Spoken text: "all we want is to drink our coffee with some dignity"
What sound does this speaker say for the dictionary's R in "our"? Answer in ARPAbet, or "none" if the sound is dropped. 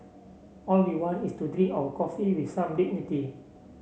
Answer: W